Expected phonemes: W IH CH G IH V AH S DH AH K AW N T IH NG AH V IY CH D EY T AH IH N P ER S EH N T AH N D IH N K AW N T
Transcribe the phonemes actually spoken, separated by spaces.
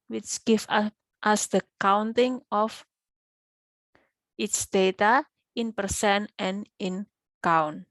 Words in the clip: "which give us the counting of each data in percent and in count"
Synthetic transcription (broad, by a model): W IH CH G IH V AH S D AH K AW N T IH NG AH F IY S D EY T AH IH N P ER S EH N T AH N IH N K AW N